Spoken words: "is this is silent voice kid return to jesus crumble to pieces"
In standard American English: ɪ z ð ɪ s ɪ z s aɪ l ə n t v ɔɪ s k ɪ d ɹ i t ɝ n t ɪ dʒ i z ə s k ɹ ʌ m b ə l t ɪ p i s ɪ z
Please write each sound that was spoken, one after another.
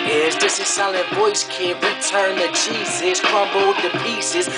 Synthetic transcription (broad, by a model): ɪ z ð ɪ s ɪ s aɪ l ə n v ɔɪ s k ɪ ɹ i t ɝ n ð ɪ tʃ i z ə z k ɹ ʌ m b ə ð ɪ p i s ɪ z